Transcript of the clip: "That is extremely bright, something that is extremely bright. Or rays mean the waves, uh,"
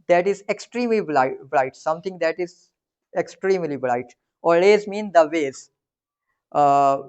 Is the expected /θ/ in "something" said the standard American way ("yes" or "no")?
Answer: no